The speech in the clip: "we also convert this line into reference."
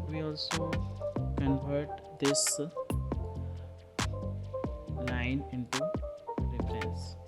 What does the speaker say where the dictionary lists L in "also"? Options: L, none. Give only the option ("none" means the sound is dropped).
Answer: L